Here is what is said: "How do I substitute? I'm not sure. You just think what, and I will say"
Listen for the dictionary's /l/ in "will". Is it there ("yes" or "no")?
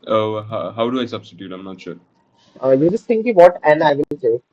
no